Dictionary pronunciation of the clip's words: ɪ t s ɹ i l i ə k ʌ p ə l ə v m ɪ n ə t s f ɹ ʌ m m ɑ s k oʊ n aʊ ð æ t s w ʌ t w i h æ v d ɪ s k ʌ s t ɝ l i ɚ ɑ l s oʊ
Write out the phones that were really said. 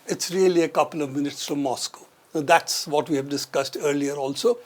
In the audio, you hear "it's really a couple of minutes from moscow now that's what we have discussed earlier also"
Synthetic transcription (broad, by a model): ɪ t s ɹ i l i ə k ʌ p ə l ə v m ɪ n ə t s f ɹ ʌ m m ɑ s k oʊ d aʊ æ t s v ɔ t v i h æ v d ɪ s k ʌ s t ɝ l i ɚ ɑ l s oʊ